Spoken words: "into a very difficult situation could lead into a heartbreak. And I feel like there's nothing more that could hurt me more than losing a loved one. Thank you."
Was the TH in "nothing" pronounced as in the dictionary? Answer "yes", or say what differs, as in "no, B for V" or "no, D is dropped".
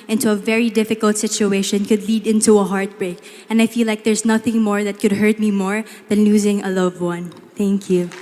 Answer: yes